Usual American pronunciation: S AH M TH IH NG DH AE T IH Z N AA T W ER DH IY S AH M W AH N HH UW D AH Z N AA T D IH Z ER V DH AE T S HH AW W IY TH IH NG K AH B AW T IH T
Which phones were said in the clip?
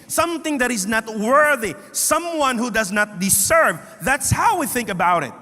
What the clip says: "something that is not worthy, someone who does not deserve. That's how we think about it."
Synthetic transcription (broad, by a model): S AH M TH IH NG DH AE T IH Z N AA T W ER DH IY S AH M W AH N HH UW D AH Z N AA T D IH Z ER V DH AE T S HH AW W IY TH IH NG K AH B AW T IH T